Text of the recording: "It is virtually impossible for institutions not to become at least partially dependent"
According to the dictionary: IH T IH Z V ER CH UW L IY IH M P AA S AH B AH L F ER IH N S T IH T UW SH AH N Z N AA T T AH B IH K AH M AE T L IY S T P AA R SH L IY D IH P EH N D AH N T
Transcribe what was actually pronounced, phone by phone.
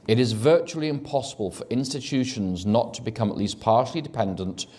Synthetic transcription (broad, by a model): IH T IH Z V ER CH UW L IY IH M P AA S AH B AH L F ER IH N S T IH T UW SH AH N Z N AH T T AH B IH K AH M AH T L IY S P AA R SH L IY D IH P EH N D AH N T